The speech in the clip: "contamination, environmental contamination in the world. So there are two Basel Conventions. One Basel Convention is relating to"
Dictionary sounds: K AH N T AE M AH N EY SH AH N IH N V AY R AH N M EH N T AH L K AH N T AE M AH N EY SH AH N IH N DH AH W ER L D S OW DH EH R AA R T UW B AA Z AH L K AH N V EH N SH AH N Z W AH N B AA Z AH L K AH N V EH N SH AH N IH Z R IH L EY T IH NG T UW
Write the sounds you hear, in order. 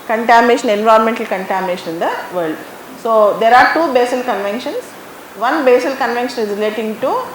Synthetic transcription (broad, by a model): K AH N T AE M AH N EY SH AH N IH N V AY R AH N M EH N T AH L K AH N T AE M AH N EY SH AH N IH N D AH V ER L D S OW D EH R AA R T UW B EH S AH L K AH N V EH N SH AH N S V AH N B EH S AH L K AH N V EH N SH AH N IH Z R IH L EY T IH NG T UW